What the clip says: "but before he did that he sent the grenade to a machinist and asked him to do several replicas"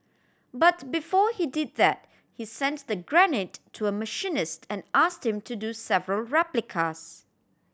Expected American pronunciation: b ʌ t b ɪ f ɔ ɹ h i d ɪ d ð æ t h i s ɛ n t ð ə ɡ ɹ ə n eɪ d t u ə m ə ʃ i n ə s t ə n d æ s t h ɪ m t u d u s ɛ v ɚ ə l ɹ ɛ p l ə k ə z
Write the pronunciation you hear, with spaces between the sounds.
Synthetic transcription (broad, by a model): b ʌ t b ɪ f ɔ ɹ h i d ɪ d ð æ t h i s ɛ n t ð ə ɡ ɹ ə n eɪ t u ə m ə ʃ i n ə s t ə n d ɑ s t h ɪ m t u d u s ɛ v ɚ ə l ɹ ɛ p l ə k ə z